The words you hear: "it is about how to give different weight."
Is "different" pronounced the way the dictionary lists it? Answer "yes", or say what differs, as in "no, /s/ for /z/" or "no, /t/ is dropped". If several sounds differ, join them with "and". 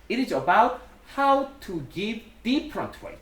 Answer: no, /p/ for /f/